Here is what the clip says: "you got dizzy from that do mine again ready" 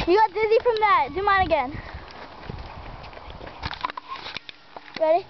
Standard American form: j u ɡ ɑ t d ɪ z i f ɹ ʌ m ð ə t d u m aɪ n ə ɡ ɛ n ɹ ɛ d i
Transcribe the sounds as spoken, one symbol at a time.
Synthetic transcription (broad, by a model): j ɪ ɡ ɑ t d ɪ z i f ɹ ʌ m ð ə t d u m aɪ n ə ɡ ɛ n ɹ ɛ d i